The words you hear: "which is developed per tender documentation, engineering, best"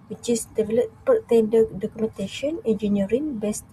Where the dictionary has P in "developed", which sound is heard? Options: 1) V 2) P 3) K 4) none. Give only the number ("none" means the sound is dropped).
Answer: 4